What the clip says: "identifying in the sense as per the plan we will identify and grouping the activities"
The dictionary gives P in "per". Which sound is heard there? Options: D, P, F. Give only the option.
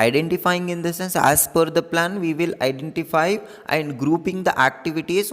F